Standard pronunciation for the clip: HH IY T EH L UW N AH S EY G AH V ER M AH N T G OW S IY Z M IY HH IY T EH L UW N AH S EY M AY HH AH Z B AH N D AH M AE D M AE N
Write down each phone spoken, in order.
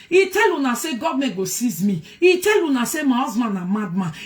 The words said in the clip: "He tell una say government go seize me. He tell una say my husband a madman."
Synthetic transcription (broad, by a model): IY T EH L UW N AH S EY G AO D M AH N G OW S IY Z M IY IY T EH L UW N AH S EY M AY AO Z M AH N AH M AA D M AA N